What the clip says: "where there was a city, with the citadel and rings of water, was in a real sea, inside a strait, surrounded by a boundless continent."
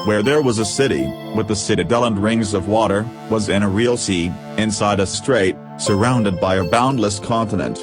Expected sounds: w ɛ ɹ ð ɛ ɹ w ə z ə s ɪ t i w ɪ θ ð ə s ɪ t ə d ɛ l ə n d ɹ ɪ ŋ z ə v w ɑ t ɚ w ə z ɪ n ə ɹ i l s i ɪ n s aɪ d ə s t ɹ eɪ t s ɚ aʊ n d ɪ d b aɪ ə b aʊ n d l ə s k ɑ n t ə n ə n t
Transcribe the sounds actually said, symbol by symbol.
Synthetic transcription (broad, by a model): w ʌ ɹ ð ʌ ɹ w ə z ə s ɪ t i w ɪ ð ə s ɪ t ə d ɛ l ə n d ɹ ɪ ŋ z ə v w ɑ t ɚ w ə z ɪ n ə ɹ i l s i ɪ n s aɪ d ə s t ɹ eɪ t s ɚ aʊ n d ɪ d b aɪ ə b aʊ n d l ə s k ɑ n t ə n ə n t